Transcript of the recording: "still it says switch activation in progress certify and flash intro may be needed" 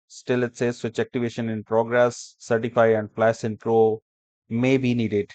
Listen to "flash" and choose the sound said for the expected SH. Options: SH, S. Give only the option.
S